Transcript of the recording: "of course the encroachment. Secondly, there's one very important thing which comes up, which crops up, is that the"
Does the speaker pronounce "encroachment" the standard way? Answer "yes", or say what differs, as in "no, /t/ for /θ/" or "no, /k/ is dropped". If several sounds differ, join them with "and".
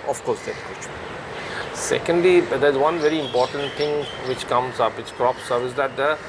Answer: no, /m/ is dropped